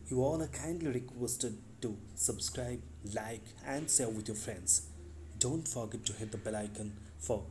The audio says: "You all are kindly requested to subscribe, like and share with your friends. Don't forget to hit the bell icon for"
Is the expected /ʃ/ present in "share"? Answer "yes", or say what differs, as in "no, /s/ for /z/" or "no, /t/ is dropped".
no, /s/ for /ʃ/